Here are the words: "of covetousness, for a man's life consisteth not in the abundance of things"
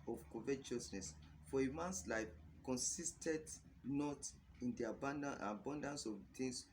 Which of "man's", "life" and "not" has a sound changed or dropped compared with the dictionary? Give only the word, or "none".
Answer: man's